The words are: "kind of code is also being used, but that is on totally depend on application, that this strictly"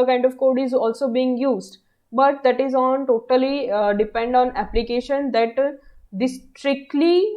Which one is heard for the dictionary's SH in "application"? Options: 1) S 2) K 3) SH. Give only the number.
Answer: 3